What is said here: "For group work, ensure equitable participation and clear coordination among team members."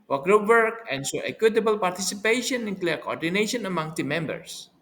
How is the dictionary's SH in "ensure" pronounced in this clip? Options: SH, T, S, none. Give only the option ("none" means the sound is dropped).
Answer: S